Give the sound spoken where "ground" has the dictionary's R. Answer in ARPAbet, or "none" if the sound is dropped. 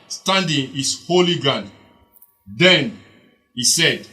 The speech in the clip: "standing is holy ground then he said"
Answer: none